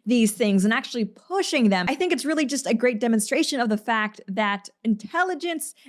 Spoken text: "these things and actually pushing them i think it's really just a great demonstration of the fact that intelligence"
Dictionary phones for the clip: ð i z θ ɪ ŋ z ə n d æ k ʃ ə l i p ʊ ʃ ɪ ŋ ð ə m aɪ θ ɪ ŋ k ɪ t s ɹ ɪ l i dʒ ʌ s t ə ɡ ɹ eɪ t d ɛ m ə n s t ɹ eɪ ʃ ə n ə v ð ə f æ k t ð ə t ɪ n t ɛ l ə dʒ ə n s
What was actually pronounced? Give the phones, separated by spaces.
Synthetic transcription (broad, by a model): ð i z θ ɪ ŋ z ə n æ k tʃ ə l i p ʊ ʃ ɪ ŋ ð ə m aɪ θ ɪ ŋ k ɪ t s ɹ ɪ l i dʒ ʌ s t ə ɡ ɹ eɪ t d ɛ m ə n s t ɹ eɪ ʃ ə n ə v ð ə f æ k t ð ə t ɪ n t ɛ l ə dʒ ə n s